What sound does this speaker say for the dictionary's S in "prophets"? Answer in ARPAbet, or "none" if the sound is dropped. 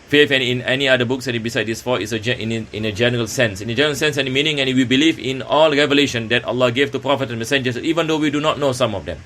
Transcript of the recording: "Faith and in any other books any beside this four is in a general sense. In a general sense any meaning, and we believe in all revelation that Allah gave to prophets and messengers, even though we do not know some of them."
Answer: none